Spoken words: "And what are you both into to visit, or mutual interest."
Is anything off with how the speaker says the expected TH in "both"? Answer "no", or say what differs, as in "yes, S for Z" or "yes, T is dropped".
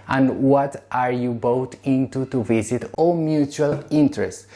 yes, T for TH